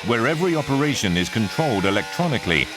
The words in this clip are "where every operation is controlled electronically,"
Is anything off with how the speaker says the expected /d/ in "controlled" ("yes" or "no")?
no